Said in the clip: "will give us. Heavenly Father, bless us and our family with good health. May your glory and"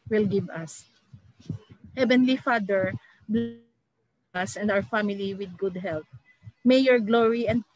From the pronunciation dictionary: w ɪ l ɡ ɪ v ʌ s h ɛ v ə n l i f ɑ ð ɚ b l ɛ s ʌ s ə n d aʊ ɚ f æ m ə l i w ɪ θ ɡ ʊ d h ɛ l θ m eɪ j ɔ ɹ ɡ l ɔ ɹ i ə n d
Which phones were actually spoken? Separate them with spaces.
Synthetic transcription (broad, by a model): w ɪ l ɡ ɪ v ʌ s h ɛ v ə n l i f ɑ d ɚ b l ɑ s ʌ s ə n d aʊ ɚ f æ m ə l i w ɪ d ɡ ʊ d h ɛ l t m eɪ j ɔ ɹ ɡ l ɔ ɹ i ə n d